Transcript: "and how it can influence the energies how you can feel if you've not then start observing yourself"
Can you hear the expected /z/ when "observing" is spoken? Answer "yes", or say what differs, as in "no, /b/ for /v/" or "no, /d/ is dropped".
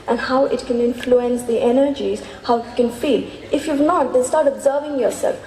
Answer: yes